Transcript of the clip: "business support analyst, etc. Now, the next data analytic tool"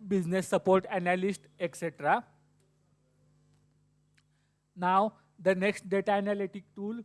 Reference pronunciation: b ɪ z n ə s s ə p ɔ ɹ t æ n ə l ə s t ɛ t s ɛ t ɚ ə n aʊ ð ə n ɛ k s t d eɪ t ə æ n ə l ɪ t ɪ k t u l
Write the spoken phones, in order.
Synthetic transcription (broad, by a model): b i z n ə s s ə p ɔ ɹ t æ n ə l ə s t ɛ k s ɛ t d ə n aʊ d ə n ɛ k s t d eɪ t ə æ n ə l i t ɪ k t u l